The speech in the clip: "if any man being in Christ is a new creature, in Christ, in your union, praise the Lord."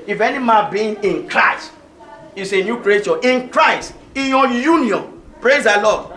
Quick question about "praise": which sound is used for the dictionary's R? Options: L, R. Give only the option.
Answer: R